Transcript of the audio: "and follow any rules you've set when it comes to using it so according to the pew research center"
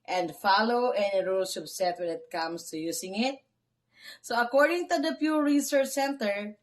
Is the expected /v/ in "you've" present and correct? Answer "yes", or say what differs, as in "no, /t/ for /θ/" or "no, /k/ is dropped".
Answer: no, /p/ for /v/